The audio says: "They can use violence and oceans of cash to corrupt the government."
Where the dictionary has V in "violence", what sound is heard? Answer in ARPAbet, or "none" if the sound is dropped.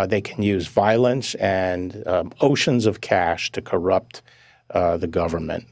V